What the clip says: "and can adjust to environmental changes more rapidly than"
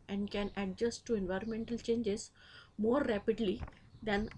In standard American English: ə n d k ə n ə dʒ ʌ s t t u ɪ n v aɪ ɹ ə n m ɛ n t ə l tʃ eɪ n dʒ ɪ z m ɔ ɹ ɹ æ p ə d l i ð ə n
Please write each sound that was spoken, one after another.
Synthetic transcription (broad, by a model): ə n d k ə n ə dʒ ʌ s t t u ɪ n v aɪ ɹ ə n m ɛ n t ə l tʃ eɪ n dʒ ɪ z m ɔ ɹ ɹ æ p ə d l i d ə n